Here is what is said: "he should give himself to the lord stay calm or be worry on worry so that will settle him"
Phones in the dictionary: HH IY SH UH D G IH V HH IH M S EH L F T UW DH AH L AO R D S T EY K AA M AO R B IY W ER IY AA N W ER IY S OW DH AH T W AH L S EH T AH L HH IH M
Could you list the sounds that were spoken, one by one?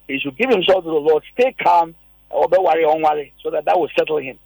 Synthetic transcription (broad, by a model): HH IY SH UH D G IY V HH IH M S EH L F T UW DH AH L AO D S T EY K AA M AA W B IY W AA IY AA N W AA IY S OW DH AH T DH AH W S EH T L HH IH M